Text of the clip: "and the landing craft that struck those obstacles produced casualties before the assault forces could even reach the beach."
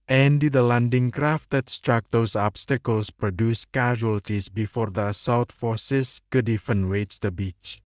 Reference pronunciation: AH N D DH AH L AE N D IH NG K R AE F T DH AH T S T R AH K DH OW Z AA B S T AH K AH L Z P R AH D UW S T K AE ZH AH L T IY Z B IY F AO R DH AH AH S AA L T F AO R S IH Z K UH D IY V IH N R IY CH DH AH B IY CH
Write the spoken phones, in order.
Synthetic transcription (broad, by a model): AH N D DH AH L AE N D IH NG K R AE F T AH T S T R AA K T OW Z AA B S T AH K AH L S P R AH D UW S K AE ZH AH L T IY S B IY F AO R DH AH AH S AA W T F AO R S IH S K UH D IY F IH N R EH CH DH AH B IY CH